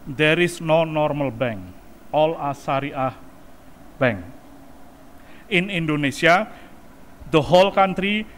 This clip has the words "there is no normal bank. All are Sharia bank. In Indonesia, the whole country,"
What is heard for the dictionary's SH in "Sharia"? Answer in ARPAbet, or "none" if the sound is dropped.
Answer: S